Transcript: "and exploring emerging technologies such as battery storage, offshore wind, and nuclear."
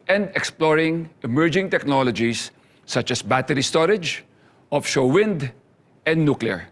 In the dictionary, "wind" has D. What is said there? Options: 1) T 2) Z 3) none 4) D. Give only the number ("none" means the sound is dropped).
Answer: 4